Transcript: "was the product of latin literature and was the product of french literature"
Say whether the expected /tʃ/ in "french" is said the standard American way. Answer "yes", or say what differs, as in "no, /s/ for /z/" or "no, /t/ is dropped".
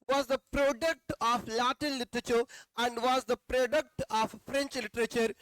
yes